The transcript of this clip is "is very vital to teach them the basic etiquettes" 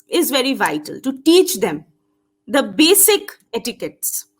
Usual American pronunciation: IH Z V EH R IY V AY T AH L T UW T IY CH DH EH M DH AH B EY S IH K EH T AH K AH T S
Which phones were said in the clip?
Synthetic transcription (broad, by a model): IH Z V EH R IY V AY T AH L T UW T IY CH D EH M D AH B EY S IH K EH T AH K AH T S